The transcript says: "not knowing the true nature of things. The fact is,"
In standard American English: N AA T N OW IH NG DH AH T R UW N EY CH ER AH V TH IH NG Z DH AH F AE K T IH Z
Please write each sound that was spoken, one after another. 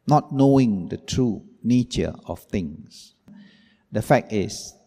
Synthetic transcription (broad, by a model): N AA T N OW IH NG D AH T R UW N EY CH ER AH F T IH NG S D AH F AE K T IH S